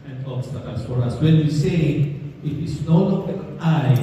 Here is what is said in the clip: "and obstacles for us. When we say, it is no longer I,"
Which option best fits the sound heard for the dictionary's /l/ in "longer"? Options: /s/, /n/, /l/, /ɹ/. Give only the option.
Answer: /n/